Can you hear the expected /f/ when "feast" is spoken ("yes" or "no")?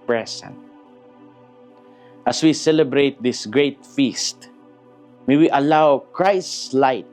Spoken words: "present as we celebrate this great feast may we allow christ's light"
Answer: yes